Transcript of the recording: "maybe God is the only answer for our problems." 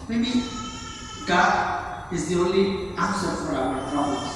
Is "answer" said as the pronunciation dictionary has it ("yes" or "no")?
no